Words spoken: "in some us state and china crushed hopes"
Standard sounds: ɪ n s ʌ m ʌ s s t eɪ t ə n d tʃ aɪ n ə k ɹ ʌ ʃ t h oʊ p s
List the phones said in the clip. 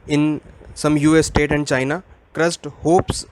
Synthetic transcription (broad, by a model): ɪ n s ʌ m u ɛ s t eɪ t ə n d tʃ aɪ n ə k ɹ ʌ s t h oʊ p s